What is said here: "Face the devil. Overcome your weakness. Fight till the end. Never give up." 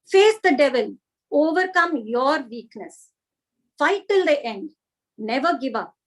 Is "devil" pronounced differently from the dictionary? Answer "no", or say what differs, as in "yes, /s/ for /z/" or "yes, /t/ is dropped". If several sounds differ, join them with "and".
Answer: no